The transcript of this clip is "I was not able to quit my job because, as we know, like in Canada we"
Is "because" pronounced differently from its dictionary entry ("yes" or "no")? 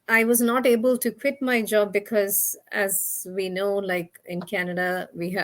no